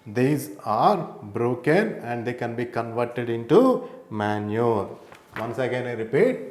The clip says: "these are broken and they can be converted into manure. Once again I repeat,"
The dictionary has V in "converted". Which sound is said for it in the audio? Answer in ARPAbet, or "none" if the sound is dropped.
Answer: V